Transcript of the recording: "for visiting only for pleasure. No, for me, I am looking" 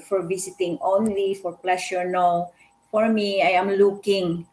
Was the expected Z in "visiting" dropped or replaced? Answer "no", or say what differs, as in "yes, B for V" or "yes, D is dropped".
yes, S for Z